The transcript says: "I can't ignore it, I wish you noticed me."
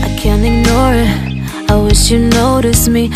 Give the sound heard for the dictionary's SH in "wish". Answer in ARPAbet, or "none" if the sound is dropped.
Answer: SH